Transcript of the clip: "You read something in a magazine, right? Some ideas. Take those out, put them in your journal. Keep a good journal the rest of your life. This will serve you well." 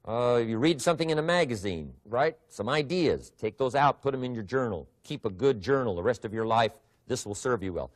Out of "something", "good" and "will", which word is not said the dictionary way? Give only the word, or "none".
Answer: none